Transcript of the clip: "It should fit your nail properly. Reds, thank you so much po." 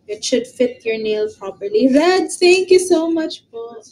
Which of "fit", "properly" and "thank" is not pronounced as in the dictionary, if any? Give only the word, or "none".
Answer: thank